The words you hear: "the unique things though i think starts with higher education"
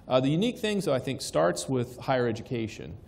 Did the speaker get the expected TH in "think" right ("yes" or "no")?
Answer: yes